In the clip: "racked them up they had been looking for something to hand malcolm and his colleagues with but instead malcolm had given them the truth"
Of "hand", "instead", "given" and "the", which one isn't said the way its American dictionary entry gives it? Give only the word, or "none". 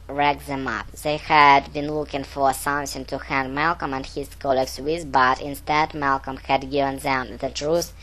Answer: none